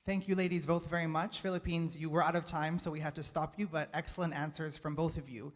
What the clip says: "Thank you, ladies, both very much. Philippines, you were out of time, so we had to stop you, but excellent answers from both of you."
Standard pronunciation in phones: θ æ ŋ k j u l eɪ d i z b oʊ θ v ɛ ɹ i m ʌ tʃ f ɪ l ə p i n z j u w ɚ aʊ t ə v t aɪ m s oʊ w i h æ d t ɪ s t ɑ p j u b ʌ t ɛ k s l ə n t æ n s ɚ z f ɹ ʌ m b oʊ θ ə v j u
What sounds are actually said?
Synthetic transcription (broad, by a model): θ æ ŋ k j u l eɪ d i z b oʊ θ v ɛ ɹ i m ʌ tʃ f ɪ l ə p i n z j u w ɚ aʊ t ə v t aɪ m s oʊ w i h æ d t ɪ s t ɑ p j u b ʌ t ɛ k s l ə n t æ n s ɚ z f ɹ ʌ m b oʊ θ ə v j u